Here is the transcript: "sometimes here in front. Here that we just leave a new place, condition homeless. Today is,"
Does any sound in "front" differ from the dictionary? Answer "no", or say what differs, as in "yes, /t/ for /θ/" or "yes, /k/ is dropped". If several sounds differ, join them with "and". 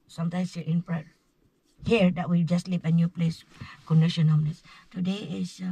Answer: yes, /p/ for /f/ and /n/ is dropped